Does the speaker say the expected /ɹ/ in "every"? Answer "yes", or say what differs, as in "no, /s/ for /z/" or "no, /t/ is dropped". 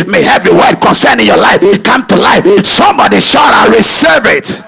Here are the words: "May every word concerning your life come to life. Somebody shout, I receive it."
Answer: no, /ɹ/ is dropped